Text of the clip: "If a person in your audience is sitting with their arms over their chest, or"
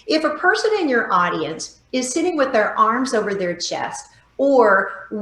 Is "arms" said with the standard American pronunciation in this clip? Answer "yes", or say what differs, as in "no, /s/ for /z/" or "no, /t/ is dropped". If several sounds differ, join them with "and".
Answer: yes